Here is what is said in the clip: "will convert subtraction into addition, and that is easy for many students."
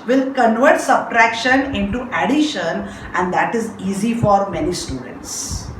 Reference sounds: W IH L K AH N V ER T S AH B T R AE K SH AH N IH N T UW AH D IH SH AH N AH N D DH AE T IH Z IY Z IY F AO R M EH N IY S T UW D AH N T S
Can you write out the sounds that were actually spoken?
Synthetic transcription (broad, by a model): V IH L K AH N V ER T S AH B T R AE K SH AH N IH N T UW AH D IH SH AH N AH N D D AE T IH Z IY Z IY F AO R M EH N IY S T UW D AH N T S